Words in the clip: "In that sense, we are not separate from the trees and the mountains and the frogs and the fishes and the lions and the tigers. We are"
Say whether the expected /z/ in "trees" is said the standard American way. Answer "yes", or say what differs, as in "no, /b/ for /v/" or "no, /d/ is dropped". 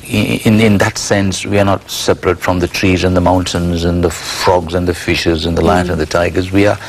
yes